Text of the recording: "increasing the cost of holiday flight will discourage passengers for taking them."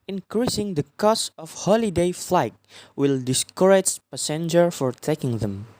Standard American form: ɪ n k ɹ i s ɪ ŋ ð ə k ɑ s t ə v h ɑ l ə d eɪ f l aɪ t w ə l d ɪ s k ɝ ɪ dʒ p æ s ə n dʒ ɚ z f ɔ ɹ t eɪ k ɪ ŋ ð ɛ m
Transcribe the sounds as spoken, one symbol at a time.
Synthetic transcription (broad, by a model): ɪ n k ɹ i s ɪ ŋ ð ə k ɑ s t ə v h ɑ l ə d eɪ f l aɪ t w ə l d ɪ s k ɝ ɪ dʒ p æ s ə n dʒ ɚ f ɔ ɹ t eɪ k ɪ ŋ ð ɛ m